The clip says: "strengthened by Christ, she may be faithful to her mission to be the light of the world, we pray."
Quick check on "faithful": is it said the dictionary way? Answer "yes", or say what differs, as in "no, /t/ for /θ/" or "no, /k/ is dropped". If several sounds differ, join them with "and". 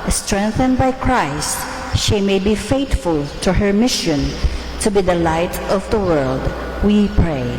no, /t/ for /θ/